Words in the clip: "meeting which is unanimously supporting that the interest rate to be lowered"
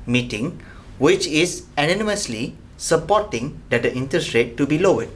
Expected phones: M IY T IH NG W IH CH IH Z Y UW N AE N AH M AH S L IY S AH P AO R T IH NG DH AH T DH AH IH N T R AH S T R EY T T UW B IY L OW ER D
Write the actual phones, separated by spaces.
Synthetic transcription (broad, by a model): M IY T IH NG W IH CH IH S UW N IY N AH M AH S L IY S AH P AO T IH NG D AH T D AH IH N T AH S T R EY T T UW B IY L OW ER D